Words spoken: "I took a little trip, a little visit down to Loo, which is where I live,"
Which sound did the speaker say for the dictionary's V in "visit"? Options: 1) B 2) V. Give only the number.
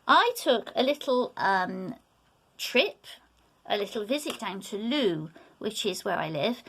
2